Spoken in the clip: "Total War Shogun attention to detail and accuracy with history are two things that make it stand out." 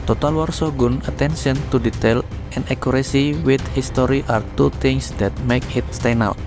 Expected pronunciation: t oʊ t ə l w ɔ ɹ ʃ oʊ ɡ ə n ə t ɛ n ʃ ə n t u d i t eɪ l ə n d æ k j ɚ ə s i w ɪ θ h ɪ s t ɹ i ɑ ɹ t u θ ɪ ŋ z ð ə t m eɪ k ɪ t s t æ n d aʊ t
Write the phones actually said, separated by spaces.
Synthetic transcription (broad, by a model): t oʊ t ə l w ɔ ɹ s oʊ ɡ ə n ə t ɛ n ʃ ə n t u d i t eɪ l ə n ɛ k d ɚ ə s i w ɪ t h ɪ s t ɹ i ɑ ɹ t u t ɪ ŋ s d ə t m eɪ k ɪ t s t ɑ n aʊ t